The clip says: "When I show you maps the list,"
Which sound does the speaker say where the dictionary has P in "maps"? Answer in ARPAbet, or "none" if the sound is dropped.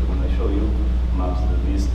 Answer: none